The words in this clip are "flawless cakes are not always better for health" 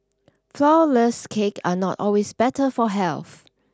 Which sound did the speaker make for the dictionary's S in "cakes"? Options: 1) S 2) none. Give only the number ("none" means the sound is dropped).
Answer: 2